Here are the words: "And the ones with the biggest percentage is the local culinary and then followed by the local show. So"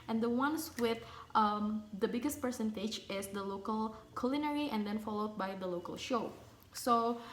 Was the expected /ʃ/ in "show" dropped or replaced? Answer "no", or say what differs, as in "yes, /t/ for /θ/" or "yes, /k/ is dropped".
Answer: no